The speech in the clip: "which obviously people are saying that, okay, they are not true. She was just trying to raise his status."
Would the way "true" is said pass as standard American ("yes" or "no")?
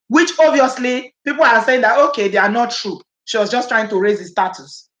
yes